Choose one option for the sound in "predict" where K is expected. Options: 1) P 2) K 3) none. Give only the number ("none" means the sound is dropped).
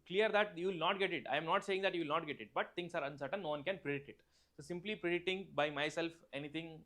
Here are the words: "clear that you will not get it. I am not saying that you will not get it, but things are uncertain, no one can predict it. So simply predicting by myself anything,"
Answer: 3